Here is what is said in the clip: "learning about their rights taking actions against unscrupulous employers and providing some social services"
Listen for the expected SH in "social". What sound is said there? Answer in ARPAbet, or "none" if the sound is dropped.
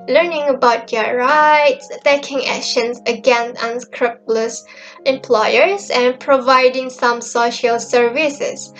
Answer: SH